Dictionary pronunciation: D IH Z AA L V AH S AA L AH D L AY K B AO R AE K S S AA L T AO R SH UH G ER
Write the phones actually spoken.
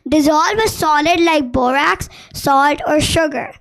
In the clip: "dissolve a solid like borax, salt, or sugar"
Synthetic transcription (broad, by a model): D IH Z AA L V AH S AA L AH D L AY K B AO R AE K S S AA L T AO R SH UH G ER